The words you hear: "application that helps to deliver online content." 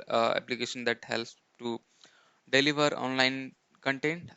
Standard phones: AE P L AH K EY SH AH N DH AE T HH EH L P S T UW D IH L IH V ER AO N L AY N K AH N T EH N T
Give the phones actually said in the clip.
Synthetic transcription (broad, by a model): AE P L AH K EY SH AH N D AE T HH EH L S T UW D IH L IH V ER AO N L AY N K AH N T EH N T